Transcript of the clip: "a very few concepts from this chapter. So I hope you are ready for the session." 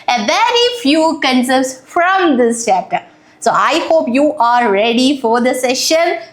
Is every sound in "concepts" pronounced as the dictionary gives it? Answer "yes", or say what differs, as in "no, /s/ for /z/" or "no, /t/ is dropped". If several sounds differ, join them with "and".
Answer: no, /p/ is dropped